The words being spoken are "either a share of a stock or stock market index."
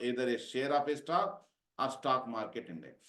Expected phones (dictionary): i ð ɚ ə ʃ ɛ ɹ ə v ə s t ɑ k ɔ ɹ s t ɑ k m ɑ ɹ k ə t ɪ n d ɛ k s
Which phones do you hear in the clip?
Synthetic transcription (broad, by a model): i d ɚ ə ʃ ɛ ɹ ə p ə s t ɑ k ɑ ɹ s t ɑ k m ɑ ɹ k ə t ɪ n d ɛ